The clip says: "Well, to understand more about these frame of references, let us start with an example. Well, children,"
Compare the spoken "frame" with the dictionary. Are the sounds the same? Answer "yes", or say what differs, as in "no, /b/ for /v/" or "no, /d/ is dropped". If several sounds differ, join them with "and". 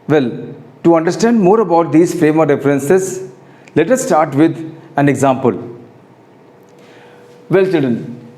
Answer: yes